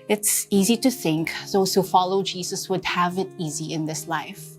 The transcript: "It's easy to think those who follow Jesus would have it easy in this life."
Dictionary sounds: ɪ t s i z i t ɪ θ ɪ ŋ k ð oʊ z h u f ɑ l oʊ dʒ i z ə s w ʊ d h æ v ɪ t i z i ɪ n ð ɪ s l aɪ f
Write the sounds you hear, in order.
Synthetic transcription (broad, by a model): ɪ t s i z i t ɪ θ ɪ ŋ k ð oʊ z h u f ɑ l oʊ dʒ i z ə s w ʊ d h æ v ɪ t i z i ɪ n ð ɪ s l aɪ f